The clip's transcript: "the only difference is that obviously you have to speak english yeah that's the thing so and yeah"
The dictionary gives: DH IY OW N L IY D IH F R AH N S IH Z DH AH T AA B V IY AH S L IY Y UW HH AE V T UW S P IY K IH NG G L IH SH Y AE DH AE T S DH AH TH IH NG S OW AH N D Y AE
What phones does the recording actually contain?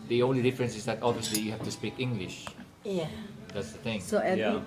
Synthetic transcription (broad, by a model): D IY OW N L IY D IH F R AH N S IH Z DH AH T AA B V IY AH S L IY Y UW HH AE F T UW S P IY K IH NG G L IH SH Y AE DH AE T S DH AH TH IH NG S OW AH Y